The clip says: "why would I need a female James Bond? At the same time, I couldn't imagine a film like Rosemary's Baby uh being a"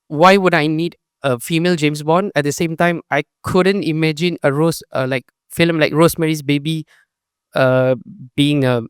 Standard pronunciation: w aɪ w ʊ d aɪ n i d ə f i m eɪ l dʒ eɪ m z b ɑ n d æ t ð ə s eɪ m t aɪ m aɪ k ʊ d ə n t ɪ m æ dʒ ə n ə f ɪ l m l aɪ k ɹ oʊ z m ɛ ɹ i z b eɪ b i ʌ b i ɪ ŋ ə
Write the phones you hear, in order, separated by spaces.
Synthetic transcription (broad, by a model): w aɪ w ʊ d aɪ n i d ə f i m eɪ l dʒ eɪ m s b ɑ n ɛ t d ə s eɪ m t aɪ m aɪ k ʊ d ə n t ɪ m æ dʒ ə n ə f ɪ l m l aɪ k ɹ oʊ s m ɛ ɹ i s b eɪ b i ʌ b i ɪ ŋ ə